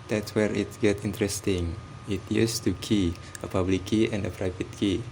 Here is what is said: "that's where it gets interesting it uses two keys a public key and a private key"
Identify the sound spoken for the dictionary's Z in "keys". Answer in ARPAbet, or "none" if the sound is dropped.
none